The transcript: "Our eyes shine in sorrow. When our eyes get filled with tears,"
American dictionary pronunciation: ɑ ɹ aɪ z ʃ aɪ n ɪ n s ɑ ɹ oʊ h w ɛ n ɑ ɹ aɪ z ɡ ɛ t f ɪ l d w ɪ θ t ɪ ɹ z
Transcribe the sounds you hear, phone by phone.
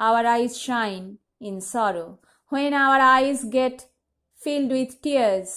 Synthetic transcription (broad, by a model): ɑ ɹ aɪ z ʃ aɪ n ɪ n s ɑ ɹ oʊ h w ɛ n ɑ ɹ aɪ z ɡ ɛ t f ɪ l d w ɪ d t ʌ ɹ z